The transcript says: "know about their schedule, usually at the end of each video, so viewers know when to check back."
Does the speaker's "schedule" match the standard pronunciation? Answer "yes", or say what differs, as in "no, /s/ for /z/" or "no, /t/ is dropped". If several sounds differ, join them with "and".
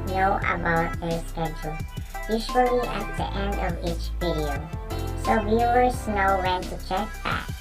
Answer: no, /tʃ/ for /dʒ/